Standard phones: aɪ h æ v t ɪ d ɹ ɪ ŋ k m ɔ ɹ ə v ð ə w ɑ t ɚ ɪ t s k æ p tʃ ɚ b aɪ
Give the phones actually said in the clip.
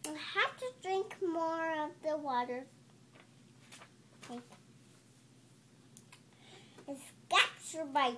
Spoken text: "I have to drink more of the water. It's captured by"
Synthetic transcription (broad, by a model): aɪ h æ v t ɪ d ɹ ɪ ŋ k m ɔ ɹ ə v ð ə w ɑ t ɚ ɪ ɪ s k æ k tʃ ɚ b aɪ